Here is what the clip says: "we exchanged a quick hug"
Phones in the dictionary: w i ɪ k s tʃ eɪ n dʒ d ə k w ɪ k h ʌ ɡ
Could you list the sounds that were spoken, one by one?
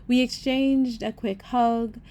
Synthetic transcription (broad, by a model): w i ɪ k s tʃ eɪ n dʒ d ə k w ɪ k h ʌ ɡ